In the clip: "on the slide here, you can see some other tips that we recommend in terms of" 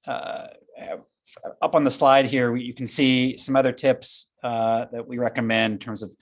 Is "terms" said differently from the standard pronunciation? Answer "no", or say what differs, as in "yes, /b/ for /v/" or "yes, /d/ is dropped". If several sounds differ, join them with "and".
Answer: no